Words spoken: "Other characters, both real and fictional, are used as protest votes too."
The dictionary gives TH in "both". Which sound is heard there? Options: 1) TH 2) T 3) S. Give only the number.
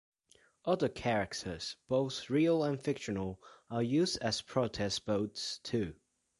1